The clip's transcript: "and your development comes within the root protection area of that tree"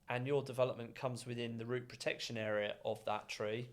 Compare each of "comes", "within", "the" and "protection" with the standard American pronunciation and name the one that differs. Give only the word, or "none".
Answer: none